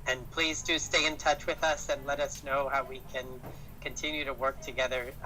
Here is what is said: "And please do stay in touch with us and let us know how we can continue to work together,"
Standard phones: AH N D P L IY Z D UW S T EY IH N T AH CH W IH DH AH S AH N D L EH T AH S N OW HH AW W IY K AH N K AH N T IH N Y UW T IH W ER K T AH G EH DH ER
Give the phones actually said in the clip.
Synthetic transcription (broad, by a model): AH N P L IY Z D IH S T EY IH N T AH CH W IH DH AH S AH N L EH T AH S N OW HH AW W IY K AH N K AH N T IH N Y UW T IH W ER K T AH G EH DH ER